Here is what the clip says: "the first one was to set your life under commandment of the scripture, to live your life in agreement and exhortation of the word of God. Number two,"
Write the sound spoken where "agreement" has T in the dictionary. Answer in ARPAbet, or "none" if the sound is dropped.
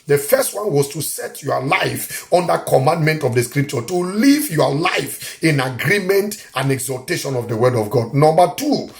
T